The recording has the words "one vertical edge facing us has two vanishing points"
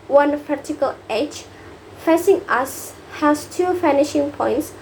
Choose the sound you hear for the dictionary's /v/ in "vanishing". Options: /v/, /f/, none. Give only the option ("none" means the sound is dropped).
/f/